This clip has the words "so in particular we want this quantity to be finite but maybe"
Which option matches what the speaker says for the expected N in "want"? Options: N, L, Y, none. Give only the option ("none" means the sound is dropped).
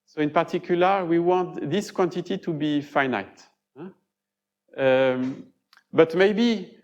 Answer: none